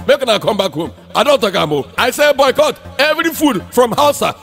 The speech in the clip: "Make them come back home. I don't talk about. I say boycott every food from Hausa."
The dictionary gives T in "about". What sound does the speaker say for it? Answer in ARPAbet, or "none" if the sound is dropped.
none